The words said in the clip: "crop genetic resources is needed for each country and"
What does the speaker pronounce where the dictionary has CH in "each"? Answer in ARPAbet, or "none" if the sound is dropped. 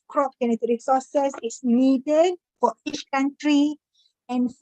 CH